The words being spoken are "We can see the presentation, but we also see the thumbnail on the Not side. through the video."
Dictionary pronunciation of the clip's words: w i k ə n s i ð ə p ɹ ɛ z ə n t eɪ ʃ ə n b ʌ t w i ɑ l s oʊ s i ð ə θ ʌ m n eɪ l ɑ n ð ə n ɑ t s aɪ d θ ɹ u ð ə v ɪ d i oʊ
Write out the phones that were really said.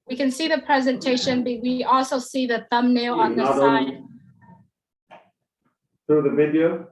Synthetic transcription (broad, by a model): w i k ə n s i ð ə p ɹ ɛ z ə n t eɪ ʃ ə n b ʌ t w i ɑ l s oʊ s i ð ə θ ʌ m n eɪ l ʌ n ð ə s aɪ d θ ɹ u ð ə v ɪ d i oʊ